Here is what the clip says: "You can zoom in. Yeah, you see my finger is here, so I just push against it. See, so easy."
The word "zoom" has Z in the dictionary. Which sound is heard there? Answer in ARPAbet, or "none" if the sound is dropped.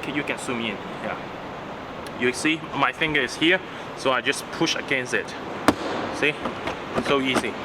S